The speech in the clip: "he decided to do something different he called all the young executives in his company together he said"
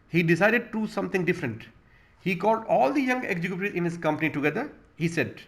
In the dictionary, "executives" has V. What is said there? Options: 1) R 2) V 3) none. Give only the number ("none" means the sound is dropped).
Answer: 3